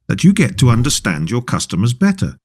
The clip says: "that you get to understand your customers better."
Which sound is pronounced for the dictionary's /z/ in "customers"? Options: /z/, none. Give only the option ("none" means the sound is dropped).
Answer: /z/